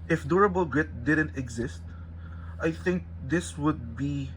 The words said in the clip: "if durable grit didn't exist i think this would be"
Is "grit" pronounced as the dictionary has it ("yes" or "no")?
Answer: yes